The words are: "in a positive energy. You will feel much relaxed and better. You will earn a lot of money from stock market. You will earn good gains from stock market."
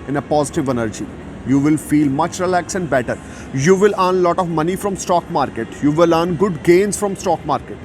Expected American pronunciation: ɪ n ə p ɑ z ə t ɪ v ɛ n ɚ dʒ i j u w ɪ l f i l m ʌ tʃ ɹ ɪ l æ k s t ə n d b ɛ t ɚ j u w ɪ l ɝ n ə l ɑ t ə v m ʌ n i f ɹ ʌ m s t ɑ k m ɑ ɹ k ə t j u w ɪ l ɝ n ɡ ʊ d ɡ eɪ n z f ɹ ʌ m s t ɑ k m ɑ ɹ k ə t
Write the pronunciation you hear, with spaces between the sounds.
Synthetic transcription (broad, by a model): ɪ n ə p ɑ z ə t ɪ v ɛ n ɚ dʒ i j u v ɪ l f i l m ʌ tʃ ɹ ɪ l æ k s ə n d b ɛ t ɚ j u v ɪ l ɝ n l ɑ t ə v m ʌ n i f ɹ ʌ m s t ɑ k m ɑ ɹ k ə t j u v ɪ l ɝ n ɡ ʊ d ɡ eɪ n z f ɹ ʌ m s t ɑ k m ɑ ɹ k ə t